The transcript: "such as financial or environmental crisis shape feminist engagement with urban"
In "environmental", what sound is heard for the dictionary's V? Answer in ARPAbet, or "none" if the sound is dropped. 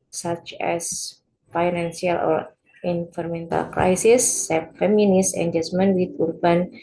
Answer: F